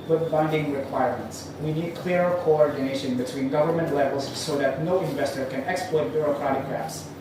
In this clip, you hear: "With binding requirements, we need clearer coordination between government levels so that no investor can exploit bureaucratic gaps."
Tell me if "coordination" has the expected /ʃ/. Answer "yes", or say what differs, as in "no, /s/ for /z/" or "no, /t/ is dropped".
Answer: yes